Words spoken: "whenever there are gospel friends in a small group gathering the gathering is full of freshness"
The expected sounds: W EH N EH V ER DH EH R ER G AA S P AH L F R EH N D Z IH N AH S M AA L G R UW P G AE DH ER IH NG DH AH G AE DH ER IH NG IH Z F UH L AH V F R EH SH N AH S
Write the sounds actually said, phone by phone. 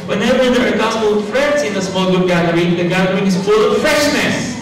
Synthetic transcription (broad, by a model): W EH N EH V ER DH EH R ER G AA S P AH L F R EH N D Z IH N AH S M AA L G UW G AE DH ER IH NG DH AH G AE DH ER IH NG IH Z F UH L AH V F R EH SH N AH S